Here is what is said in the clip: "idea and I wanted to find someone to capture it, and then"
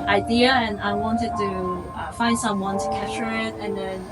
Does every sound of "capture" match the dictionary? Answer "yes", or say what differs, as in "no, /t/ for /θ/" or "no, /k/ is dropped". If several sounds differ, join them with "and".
no, /p/ is dropped